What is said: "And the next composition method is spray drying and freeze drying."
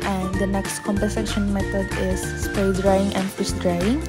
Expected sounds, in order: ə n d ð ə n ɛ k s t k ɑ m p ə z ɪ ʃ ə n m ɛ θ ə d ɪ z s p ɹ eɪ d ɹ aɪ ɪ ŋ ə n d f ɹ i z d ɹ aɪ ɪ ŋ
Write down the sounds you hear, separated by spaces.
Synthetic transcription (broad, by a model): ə n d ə n ɛ k s t k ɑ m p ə s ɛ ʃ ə n m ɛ t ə d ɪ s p eɪ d ɹ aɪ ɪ ŋ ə n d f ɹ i s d ɹ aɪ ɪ ŋ